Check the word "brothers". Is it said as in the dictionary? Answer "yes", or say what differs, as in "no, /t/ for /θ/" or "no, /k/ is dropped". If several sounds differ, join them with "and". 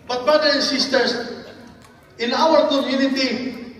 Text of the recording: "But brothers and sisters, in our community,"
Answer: no, /z/ is dropped